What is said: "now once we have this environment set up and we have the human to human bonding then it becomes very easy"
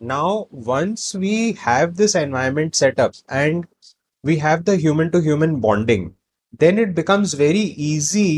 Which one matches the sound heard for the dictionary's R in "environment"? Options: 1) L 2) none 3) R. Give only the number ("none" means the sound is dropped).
2